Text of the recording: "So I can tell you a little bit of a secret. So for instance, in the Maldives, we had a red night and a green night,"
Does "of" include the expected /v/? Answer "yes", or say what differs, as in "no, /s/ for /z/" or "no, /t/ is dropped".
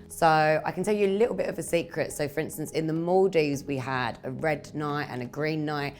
yes